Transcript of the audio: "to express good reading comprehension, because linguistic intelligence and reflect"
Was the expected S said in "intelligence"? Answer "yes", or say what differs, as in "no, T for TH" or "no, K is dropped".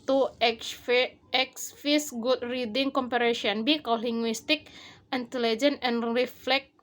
no, S is dropped